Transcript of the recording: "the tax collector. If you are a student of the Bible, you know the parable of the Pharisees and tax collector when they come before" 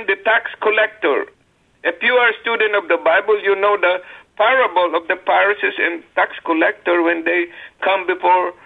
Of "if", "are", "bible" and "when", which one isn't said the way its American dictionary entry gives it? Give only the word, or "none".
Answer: if